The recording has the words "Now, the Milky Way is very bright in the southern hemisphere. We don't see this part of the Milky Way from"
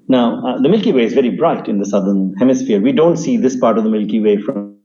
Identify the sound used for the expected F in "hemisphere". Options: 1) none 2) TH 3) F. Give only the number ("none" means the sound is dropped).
3